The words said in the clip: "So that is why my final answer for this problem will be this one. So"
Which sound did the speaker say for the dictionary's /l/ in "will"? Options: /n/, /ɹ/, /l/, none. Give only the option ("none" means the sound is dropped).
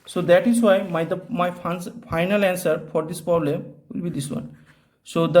/l/